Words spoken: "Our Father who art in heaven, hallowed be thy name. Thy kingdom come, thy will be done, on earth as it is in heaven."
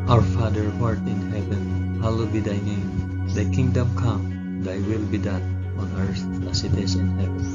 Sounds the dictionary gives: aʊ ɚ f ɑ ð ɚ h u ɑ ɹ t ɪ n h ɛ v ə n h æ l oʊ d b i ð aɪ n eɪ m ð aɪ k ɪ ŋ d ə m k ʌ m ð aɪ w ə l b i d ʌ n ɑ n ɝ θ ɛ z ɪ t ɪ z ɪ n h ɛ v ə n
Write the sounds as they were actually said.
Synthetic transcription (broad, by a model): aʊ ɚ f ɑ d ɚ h ɑ ɹ t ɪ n h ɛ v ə n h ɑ l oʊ b i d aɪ n eɪ m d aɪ k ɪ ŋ d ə m k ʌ m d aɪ w ə l b i d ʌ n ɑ n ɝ s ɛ s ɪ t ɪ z ɪ n h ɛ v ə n